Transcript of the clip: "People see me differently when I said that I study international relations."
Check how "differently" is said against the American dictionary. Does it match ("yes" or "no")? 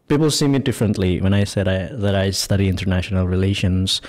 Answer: yes